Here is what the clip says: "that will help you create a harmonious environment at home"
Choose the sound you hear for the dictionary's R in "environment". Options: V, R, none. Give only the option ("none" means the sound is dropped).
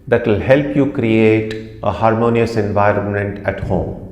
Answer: R